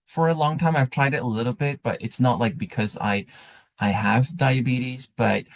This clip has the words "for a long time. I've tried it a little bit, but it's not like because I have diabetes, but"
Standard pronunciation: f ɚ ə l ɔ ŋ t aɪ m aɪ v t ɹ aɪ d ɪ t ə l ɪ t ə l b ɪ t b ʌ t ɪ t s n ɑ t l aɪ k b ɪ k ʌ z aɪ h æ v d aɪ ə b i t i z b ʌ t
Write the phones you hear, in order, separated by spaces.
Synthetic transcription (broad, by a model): f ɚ ə l ɔ ŋ t aɪ m aɪ v t ɹ aɪ d ɪ t ə l ɪ t l b ɪ t b ʌ t ɪ t s n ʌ t l aɪ k b ɪ k ʌ z aɪ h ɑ v d aɪ ə b i t i z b ʌ t